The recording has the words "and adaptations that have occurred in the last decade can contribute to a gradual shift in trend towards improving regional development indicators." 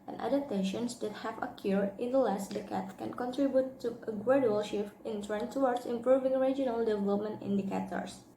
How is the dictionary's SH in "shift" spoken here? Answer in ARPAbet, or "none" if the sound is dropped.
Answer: SH